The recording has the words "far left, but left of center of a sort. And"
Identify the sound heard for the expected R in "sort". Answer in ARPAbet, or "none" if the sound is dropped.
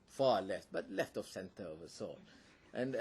L